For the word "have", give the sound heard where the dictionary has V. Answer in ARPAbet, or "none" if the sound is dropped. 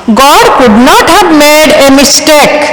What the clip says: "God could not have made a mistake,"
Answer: B